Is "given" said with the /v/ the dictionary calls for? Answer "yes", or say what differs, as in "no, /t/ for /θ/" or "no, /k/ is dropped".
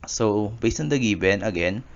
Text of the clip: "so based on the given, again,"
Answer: no, /b/ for /v/